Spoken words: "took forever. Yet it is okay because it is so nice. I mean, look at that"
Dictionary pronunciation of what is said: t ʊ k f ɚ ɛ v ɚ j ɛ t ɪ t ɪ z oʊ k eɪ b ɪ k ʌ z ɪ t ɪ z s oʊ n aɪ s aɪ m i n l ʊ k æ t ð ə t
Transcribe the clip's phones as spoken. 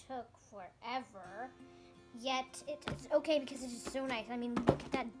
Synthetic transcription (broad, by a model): ʊ k f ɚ ɛ v ɚ j ɛ t ɪ t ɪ s oʊ k eɪ b ɪ k ʌ z ɪ t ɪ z s oʊ n aɪ s aɪ m i n l ʊ k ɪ t ð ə t